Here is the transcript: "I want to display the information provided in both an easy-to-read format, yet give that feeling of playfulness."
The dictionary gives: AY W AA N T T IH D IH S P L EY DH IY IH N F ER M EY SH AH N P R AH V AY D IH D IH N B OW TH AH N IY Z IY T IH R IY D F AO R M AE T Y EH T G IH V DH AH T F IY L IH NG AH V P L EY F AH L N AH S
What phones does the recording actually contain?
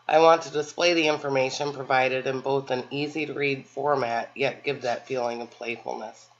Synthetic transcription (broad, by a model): AY W AA N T T IH D IH S P L EY DH IY IH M F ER M EY SH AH N P R AH V AY D IH D IH N B OW TH AH N IY Z IY T IH R IY D F AO R M AE T Y EH T G IH V DH AH T F IY L IH NG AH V P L EY F L N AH S